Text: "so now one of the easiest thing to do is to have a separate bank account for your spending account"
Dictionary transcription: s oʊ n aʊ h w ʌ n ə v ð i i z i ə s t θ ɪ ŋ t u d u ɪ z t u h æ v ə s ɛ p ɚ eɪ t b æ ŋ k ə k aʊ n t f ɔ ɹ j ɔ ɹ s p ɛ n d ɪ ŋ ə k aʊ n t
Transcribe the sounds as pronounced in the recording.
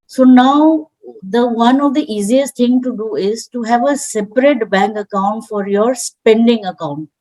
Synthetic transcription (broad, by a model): s oʊ n aʊ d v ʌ n ə v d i i z i ə s t t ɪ ŋ t u d u ɪ z t u h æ v ə s ɛ p ɚ eɪ t b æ ŋ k ə k aʊ n t f ɔ ɹ j ɔ ɹ s p ɛ n d ɪ ŋ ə k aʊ n t